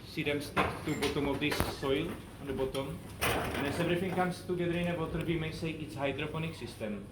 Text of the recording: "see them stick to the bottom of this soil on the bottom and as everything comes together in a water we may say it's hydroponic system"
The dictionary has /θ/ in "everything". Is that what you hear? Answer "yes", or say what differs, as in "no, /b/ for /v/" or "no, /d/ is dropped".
no, /f/ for /θ/